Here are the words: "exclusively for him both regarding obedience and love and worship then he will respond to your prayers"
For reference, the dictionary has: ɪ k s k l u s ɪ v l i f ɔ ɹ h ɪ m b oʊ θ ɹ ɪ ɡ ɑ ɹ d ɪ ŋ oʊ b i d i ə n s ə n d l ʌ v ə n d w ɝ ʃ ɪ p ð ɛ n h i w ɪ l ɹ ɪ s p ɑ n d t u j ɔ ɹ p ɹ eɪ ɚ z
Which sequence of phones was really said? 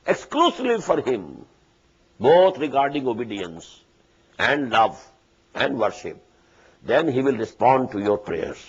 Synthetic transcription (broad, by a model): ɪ k s k l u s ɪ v l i f ɔ ɹ h ɪ m b oʊ t ɹ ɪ ɡ ɑ ɹ d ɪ ŋ oʊ b i d i ə n s ə n d l ʌ v ə n d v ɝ ʃ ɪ p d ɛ n h i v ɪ l ɹ ɪ s p ɑ n d t u j ɔ ɹ p ɹ eɪ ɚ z